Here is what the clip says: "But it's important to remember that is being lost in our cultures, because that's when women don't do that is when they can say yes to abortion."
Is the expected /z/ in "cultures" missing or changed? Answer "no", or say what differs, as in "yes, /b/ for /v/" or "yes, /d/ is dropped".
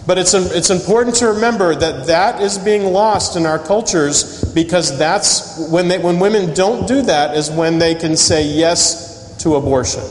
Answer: no